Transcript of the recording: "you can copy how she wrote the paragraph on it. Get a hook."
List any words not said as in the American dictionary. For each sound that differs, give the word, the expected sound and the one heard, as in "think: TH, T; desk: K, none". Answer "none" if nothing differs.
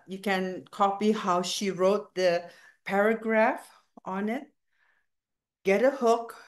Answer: none